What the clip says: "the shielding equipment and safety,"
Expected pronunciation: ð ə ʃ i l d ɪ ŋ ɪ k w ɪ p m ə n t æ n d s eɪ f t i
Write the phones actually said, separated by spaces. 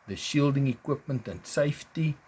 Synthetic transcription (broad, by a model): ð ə ʃ i l d ɪ ŋ ɪ k w ɪ p m ə n t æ n s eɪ f t i